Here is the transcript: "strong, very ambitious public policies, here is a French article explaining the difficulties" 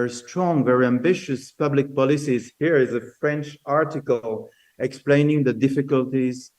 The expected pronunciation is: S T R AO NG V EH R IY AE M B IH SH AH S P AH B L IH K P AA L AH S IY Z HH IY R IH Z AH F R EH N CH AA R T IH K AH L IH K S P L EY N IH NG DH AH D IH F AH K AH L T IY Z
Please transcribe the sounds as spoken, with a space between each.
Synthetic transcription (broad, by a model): S T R AO NG V EH R IY AE M B IH SH AH S P AH B L IH K P AA L AH S IY Z HH IY R IH Z AH F R EH N CH AA R T IH K AH L IH K S P L EY N IH NG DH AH D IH F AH K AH L T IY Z